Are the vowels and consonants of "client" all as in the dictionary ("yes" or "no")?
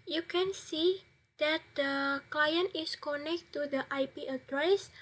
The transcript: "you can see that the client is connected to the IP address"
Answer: yes